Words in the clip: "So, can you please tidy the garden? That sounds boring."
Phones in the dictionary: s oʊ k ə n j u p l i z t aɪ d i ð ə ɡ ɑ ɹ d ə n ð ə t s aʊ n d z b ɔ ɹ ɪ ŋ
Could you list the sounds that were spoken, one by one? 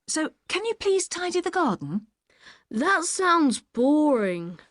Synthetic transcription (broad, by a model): s oʊ k ə n j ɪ p l i z t aɪ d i ð ə ɡ ɑ d n ð ə t s aʊ n d z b ɔ ɹ ɪ ŋ